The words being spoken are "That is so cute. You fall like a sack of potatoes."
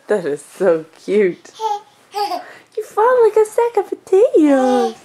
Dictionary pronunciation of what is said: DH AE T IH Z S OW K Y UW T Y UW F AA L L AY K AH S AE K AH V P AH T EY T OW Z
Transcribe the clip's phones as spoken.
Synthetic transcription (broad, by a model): DH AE T IH Z S OW K Y UW T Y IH F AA N L AY K AH S AE K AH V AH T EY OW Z